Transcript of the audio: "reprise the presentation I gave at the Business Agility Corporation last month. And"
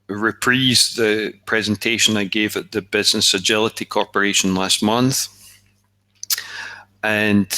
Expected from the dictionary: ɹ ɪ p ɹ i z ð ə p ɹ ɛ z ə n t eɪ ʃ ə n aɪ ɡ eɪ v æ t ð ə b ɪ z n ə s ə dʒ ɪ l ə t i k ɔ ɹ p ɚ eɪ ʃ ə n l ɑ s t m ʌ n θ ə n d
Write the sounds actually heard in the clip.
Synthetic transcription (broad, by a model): ɹ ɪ p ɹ i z ð ə p ɹ ɛ z ə n t eɪ ʃ ə n aɪ ɡ eɪ v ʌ t ð ə b ɪ z n ə s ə dʒ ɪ l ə t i k ɔ ɹ p ɚ eɪ ʃ ə n l ɑ s t m ʌ n θ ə n